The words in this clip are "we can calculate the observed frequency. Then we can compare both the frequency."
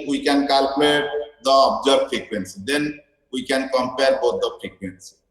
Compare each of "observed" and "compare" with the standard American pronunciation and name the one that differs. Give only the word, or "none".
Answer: observed